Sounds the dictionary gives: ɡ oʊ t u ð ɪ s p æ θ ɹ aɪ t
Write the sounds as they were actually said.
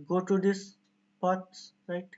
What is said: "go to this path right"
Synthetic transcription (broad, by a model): ɡ oʊ t u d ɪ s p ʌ s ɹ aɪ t